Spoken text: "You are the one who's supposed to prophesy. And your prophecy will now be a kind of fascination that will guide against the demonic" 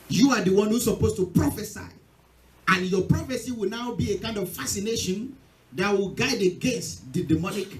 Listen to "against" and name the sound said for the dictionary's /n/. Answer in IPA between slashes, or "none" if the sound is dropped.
none